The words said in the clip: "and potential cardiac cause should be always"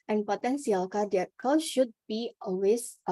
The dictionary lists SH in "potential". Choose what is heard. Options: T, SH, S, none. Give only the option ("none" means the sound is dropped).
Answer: S